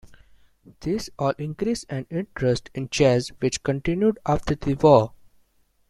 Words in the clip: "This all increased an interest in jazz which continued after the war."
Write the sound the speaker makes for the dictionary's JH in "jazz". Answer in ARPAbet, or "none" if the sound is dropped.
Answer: CH